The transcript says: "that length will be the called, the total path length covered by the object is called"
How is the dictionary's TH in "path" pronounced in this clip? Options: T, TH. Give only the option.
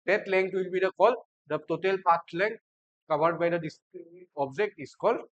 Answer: T